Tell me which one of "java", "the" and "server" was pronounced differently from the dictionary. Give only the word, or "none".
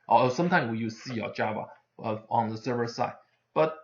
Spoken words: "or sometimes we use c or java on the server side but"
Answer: java